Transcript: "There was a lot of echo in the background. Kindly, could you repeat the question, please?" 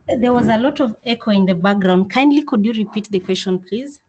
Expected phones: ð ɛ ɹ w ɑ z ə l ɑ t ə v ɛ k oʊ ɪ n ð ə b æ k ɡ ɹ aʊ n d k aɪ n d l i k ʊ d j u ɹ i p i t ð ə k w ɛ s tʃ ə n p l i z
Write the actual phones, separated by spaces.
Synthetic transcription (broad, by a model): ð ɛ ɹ w ɑ z ə l ɑ t ə v ɛ k oʊ ɪ n ð ə b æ k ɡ ɹ aʊ n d k aɪ n d l i k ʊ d j u ɹ i p i t ð ə k w ɛ s tʃ ə n p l i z